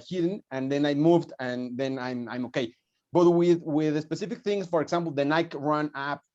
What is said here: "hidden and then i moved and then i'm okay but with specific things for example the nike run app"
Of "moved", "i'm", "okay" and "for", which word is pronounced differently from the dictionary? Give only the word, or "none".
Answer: none